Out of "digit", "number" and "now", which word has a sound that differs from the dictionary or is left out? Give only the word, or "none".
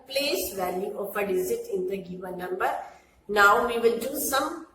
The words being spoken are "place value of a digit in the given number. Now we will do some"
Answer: digit